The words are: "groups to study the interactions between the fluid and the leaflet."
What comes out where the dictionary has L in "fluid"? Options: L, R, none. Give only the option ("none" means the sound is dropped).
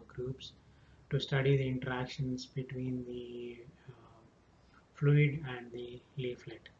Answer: L